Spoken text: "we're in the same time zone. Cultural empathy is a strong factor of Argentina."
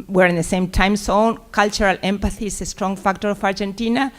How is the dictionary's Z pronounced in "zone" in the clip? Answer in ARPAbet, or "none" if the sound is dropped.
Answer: S